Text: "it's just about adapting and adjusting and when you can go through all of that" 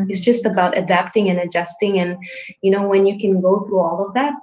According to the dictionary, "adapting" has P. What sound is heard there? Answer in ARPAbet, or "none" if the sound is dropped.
P